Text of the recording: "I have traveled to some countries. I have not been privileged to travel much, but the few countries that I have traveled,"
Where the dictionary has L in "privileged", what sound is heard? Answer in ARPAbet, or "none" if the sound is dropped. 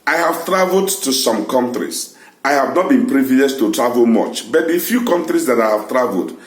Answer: none